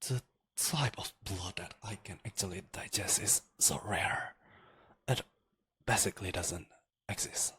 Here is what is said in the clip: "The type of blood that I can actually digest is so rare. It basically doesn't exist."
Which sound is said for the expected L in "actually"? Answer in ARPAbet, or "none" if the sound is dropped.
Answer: L